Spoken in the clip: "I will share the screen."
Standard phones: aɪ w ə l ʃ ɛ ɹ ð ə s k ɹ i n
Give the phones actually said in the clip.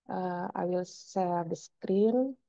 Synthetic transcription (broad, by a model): aɪ w ə l s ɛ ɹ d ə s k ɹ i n